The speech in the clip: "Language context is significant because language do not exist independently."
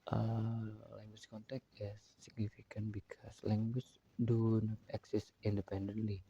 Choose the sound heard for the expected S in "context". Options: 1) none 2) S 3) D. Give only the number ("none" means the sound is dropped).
1